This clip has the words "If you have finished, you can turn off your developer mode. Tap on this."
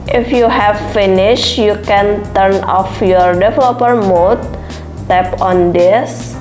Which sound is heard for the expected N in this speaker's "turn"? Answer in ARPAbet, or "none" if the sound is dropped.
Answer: N